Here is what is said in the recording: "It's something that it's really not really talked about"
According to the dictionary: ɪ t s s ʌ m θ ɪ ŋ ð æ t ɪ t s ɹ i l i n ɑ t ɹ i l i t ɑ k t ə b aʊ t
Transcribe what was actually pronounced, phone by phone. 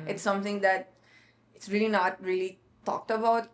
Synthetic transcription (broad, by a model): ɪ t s s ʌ m t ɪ ŋ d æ t ɪ t s ɹ i l i n ɑ t ɹ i l i t ɑ k t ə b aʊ t